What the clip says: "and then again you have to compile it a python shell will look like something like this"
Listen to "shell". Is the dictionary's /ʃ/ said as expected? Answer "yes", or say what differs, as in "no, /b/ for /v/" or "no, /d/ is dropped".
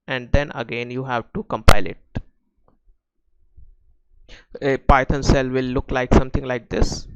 no, /s/ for /ʃ/